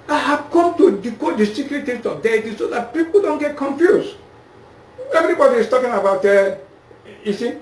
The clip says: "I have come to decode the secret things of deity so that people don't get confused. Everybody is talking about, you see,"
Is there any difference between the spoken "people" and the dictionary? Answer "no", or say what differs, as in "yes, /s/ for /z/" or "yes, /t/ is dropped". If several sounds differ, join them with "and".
no